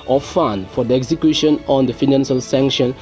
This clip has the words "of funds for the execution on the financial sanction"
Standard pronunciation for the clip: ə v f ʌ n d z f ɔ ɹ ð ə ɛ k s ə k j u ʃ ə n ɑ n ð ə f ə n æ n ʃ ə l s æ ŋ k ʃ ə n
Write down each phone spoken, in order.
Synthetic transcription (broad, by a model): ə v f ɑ n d f ɔ ɹ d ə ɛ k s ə k j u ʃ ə n ɑ n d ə f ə n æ n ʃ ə l s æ ŋ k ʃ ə n